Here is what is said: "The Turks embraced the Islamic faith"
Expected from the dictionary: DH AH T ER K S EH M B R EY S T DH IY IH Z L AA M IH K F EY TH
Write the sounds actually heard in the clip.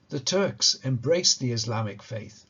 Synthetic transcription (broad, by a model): DH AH T ER K S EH M B R EY S DH IY IH Z L AA M IH K F EY TH